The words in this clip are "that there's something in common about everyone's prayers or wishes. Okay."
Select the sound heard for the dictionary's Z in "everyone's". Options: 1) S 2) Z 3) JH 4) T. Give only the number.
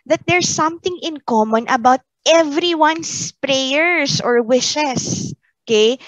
1